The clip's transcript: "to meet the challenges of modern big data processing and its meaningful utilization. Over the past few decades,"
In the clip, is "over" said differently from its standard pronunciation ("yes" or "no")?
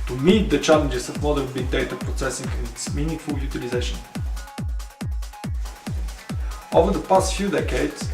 no